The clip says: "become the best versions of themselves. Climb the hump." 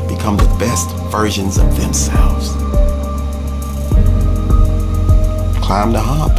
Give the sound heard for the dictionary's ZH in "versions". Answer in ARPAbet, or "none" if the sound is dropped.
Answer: ZH